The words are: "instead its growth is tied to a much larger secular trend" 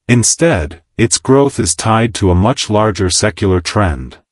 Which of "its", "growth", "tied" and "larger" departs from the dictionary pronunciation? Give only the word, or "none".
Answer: none